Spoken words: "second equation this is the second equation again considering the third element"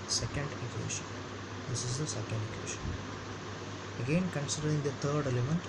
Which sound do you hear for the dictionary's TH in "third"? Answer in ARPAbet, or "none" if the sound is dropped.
T